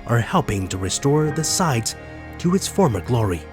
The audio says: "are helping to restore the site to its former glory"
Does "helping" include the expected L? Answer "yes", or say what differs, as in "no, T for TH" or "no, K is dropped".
yes